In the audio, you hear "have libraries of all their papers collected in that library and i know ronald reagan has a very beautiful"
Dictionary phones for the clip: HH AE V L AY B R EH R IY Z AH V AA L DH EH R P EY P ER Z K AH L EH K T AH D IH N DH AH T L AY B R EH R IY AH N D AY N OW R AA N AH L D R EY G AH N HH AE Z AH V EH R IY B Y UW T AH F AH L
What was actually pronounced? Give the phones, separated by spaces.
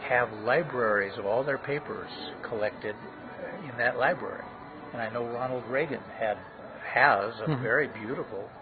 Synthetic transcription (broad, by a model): HH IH V L AY B R EH R IY Z AH V AA L DH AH R P EY P ER Z K AH L EH K T AH D IH N DH AH T L AY B R EH R IY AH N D AY N OW R AA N L D R EY G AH N HH AE Z AH V EH R IY B Y UW T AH F L